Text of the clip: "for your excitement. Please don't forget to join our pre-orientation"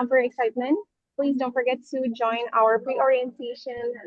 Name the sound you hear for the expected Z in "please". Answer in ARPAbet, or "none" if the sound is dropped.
Z